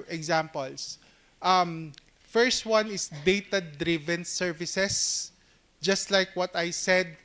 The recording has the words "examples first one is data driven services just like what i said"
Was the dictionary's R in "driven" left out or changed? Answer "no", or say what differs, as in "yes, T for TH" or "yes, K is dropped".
no